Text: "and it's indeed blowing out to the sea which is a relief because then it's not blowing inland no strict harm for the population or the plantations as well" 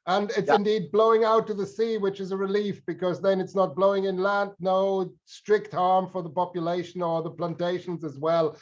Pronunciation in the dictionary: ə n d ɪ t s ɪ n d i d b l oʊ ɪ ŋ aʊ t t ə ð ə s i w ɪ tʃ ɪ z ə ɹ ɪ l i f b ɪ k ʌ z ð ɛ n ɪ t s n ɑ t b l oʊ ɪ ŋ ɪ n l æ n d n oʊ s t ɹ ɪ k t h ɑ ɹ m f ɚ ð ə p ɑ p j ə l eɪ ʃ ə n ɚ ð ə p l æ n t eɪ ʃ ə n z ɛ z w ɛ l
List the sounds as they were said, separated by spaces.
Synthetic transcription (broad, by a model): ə n ɪ t s ɪ n d i d b l oʊ ɪ ŋ aʊ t t ə ð ə s i w ɪ tʃ ɪ z ə ɹ ɪ l i f b ɪ k ʌ z ð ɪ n ɪ t s n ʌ t b l oʊ ɪ ŋ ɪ n l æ n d n oʊ s t ɹ ɪ k t h ɑ ɹ m f ɚ ð ə p ɑ p j ə l eɪ ʃ ə n ɚ ð ə p l æ n t eɪ ʃ ə n z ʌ z w ɛ l